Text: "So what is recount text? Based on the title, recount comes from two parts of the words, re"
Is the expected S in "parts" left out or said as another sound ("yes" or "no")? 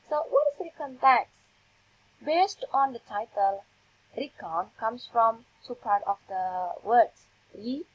yes